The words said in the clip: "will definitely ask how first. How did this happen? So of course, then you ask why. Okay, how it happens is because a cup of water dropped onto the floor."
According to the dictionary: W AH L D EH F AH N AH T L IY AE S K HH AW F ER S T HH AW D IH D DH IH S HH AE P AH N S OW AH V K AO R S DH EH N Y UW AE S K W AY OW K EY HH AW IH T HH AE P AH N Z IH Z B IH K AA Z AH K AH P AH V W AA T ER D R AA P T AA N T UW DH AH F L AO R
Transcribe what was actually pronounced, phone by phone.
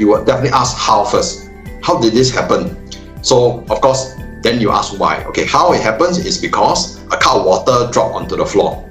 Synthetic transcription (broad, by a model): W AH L D EH F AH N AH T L IY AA S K HH AW F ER S T HH AW D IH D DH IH S HH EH P AH N S OW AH F K AO S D EH N Y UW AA S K W AY OW K EY HH AW IH T HH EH P AH N S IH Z B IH K AA S AH K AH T W AA T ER D R AA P AA N T UW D AH F L AO